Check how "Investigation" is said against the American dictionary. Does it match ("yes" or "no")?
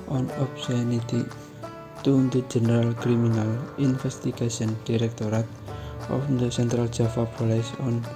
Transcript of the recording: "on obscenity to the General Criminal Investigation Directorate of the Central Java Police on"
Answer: no